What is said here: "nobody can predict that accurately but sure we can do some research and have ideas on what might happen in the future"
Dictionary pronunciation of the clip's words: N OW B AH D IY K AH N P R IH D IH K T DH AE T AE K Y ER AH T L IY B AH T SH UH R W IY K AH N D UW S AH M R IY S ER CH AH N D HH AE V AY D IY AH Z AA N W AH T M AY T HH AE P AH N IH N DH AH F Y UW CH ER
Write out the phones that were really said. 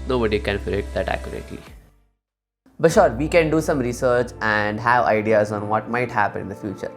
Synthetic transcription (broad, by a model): N OW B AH D IY K AH N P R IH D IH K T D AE T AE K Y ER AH T IY B AH T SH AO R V IY K AH N D UW S AH M R IY S ER CH AH N D HH AE V AY D IY AH Z AA N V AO T M AY T HH AE P AH N IH N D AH F Y UW CH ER